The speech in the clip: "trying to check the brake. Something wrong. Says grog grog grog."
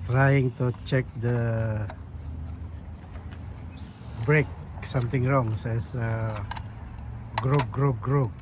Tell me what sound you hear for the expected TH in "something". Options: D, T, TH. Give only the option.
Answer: T